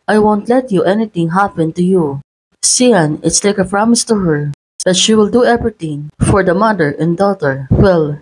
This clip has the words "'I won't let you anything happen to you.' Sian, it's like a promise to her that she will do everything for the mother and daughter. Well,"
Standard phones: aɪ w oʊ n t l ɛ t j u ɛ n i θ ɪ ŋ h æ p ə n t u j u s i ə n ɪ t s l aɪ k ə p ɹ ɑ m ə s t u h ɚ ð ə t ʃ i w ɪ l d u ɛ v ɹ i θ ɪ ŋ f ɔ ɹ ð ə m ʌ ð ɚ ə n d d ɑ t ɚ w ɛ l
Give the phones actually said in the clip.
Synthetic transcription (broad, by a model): aɪ w oʊ n t l ɛ t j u ɛ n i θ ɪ ŋ h æ p ə n t u j u s i ə n ɪ t s l aɪ k ə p ɹ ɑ m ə s t u h ɚ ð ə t ʃ i w ɪ l d u ɛ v ɹ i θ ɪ ŋ f ɔ ɹ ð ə m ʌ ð ɚ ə n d d ɑ t ɚ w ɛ l